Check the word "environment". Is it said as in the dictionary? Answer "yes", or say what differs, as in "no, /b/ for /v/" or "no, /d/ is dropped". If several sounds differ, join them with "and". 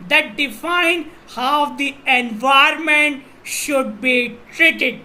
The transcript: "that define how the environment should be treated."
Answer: no, /ɹ/ is dropped